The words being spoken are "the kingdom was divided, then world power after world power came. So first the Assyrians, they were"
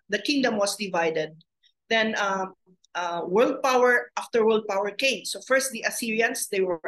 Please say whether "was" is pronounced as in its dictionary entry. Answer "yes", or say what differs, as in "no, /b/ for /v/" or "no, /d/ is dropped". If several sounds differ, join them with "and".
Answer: no, /s/ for /z/